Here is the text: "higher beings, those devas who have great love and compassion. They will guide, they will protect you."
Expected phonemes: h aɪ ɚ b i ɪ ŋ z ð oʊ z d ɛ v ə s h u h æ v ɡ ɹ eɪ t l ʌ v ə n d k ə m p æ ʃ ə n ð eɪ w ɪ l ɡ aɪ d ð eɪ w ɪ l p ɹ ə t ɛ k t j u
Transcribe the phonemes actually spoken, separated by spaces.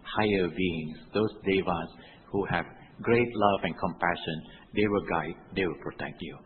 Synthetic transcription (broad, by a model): h aɪ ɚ b i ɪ ŋ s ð oʊ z d ɛ v ə s h u h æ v ɡ ɹ eɪ t l ʌ v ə n k ə m p æ ʃ ə n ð eɪ w ɪ l ɡ aɪ d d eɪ w ɪ l p ɹ ə t ɛ k t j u